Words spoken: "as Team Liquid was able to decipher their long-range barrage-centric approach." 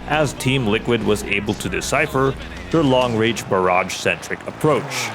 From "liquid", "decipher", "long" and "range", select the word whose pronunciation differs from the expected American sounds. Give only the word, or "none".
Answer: range